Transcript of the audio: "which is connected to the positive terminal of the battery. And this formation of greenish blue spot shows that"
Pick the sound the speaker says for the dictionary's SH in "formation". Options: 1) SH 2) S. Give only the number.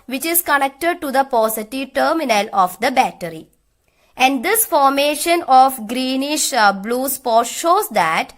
1